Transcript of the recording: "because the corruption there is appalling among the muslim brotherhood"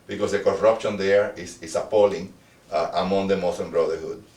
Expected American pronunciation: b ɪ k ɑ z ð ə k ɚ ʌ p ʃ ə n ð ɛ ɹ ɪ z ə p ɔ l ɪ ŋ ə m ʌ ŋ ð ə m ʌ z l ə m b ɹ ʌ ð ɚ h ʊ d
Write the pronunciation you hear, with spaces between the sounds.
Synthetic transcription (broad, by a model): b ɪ k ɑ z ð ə k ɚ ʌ p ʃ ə n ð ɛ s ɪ s ə p ɔ l ɪ ŋ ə m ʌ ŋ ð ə m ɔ s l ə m b ɹ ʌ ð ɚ h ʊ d